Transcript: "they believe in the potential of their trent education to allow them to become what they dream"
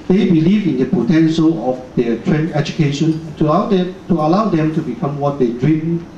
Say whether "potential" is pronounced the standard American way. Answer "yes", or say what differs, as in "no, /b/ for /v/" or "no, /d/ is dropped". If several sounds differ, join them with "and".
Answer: yes